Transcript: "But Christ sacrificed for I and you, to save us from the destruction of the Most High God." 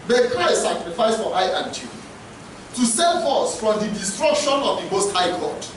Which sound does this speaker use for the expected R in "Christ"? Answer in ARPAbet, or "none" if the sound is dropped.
none